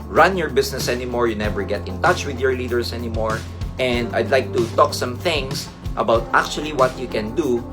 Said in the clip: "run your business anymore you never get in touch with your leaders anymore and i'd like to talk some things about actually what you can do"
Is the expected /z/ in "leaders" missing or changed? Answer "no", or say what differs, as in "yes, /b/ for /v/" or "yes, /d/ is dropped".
yes, /s/ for /z/